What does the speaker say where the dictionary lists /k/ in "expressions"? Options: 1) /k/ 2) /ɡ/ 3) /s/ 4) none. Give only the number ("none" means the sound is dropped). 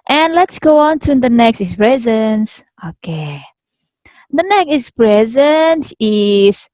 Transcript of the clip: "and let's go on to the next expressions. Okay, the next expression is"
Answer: 4